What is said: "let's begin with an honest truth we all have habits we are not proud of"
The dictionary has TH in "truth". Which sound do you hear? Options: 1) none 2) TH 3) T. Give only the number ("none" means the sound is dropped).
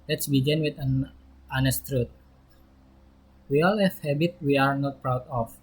3